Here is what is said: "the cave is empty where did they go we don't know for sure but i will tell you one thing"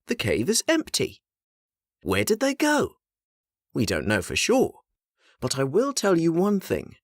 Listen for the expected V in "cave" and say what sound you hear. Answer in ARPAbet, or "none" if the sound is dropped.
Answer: V